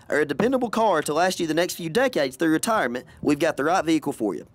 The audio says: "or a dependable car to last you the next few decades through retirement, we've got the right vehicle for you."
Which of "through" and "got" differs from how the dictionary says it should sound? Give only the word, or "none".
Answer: none